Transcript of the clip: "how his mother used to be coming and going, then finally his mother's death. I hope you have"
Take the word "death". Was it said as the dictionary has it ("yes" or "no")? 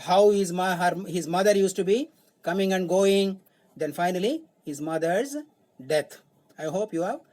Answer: no